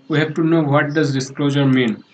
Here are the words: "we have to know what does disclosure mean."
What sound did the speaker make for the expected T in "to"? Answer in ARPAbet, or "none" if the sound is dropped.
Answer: T